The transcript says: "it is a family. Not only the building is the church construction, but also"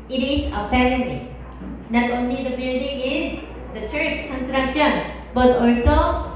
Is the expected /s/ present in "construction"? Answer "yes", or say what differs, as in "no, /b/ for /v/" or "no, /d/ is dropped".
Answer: yes